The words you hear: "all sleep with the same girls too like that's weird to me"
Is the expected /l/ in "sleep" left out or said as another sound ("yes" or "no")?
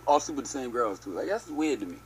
yes